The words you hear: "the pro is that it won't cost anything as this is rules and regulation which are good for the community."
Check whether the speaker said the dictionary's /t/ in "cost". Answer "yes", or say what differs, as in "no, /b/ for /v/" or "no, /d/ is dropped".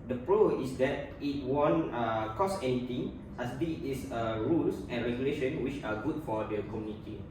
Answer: no, /t/ is dropped